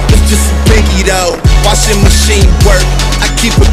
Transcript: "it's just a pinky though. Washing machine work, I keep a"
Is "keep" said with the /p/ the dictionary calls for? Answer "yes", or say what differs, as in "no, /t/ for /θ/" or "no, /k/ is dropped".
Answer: yes